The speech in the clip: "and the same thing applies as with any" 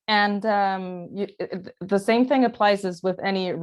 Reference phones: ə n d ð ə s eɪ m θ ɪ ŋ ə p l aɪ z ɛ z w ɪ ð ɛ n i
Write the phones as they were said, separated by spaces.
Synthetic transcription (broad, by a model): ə n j ð ə s eɪ m θ ɪ ŋ ə p l aɪ z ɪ z w ɪ ð ɛ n i